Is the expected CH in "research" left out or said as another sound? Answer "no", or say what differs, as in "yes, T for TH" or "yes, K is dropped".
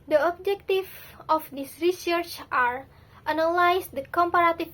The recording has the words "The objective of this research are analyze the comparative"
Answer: no